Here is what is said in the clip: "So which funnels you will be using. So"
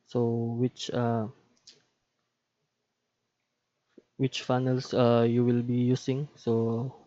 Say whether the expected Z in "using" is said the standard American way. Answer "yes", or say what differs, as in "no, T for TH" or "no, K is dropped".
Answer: no, S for Z